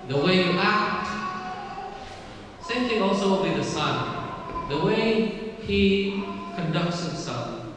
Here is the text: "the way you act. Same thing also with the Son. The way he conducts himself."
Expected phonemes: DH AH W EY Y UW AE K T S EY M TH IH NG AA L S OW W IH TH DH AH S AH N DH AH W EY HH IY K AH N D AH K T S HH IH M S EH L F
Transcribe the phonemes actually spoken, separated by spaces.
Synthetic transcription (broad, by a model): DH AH W EY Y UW AE K T S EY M T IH AA L S OW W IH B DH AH S AH N DH AH W EY HH IY K AH N D AH K T S HH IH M S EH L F